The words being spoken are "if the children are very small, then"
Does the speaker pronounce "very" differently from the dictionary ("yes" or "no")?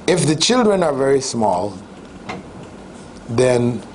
no